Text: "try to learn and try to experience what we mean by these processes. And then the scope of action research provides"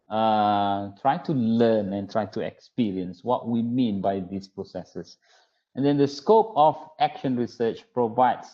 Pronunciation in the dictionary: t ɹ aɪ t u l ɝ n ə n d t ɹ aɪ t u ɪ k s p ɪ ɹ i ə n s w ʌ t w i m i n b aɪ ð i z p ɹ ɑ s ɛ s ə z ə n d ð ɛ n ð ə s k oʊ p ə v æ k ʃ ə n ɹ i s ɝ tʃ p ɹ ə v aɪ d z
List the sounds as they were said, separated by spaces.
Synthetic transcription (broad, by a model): t ɹ aɪ t u l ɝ n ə n t ɹ aɪ t u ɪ k s p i ɹ i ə n s w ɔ t w i m i n b aɪ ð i s p ɹ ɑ s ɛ s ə s ə n d ɛ n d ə s k oʊ p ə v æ k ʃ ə n ɹ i s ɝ tʃ p ɹ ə v aɪ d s